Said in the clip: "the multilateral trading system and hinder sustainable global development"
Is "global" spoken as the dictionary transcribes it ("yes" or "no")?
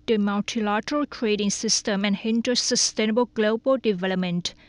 yes